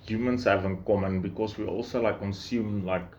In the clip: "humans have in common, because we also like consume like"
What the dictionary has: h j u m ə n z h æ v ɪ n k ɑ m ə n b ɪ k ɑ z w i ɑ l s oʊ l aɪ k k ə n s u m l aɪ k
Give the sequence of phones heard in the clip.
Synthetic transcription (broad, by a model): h j u m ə n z h æ v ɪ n k ɑ m ə n b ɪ k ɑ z w i ɑ l s oʊ l aɪ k k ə n s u m l aɪ k